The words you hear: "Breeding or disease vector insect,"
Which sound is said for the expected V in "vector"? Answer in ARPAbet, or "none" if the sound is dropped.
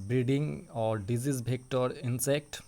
B